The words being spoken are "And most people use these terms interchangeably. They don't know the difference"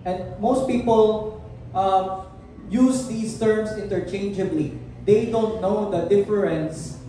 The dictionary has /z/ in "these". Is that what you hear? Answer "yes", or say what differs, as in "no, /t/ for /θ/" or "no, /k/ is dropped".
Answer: no, /s/ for /z/